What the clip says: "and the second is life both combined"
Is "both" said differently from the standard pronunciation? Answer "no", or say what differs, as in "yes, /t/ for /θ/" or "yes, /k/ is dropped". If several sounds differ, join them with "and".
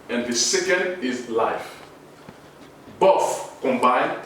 yes, /f/ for /θ/